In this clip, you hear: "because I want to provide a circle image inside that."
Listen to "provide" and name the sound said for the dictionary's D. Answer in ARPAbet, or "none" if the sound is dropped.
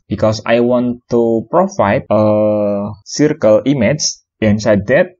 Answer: none